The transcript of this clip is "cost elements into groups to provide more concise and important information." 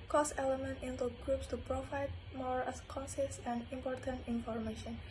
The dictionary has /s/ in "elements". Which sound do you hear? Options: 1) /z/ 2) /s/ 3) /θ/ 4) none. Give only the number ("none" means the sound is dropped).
4